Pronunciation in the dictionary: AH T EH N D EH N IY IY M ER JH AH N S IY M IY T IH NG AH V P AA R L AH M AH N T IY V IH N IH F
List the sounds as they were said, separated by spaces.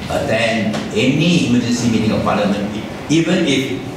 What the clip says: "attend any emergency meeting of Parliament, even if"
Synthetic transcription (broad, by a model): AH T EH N EH N IY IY M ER JH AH N S IY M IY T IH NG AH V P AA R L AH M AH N IY V IH N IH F